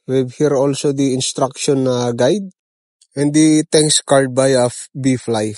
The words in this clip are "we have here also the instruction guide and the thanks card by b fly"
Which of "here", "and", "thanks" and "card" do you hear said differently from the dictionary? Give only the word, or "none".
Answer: thanks